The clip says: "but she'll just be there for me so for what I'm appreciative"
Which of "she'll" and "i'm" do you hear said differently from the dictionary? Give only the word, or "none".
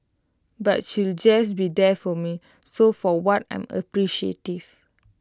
none